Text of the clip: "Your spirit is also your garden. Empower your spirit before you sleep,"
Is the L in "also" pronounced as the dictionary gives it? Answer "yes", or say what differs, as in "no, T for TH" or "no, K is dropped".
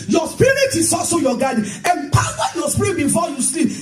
no, L is dropped